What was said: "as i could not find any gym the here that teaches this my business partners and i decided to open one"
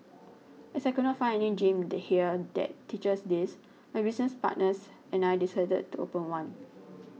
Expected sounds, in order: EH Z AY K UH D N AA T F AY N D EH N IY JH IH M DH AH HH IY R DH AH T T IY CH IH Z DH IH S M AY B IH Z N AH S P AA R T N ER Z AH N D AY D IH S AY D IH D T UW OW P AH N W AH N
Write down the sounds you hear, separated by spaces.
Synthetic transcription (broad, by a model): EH S AY K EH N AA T F AY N EH N IY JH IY M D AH HH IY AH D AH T T IY CH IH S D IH S M AY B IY S N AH S P AA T N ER S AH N AY D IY S AY D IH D T UW OW P AH N W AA N